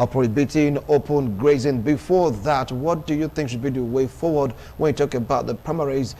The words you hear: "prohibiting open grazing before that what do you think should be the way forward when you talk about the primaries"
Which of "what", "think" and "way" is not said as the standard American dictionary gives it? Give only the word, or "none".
none